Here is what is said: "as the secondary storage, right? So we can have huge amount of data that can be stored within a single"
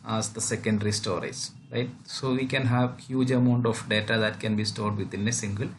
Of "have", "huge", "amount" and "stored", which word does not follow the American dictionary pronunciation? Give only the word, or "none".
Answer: none